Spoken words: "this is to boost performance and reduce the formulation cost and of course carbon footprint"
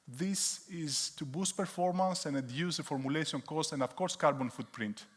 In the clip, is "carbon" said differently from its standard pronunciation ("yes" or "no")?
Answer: no